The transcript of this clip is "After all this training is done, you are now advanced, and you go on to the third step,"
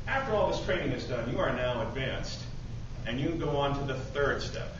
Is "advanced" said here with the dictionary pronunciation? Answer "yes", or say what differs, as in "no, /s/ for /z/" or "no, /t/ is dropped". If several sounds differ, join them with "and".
yes